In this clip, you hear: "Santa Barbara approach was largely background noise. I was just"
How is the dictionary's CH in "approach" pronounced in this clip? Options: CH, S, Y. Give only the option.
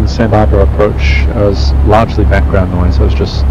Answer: CH